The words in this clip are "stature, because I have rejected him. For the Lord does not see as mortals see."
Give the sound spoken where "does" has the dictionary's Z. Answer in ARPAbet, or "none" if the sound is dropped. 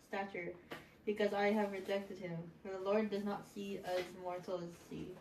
Z